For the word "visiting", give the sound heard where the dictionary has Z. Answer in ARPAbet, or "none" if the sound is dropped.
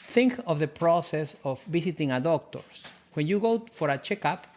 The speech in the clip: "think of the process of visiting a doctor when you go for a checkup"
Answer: S